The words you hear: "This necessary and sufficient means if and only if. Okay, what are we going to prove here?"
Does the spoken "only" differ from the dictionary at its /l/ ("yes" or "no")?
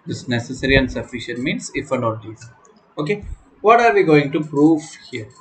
yes